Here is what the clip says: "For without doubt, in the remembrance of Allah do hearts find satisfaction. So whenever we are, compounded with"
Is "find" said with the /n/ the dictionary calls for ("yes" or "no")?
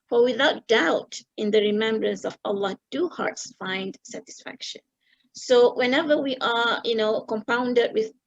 yes